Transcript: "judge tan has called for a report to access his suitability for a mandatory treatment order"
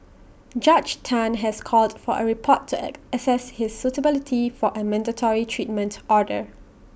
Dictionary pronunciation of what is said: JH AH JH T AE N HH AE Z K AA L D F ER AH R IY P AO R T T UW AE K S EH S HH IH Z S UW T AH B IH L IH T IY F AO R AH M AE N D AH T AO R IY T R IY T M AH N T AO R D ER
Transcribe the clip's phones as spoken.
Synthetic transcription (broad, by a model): JH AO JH T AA N HH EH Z K AA L D F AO AH R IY P AO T T UW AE S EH S HH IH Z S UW T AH B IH L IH T IY F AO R AH M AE N D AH T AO R IY T R IY T M AH N T AO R D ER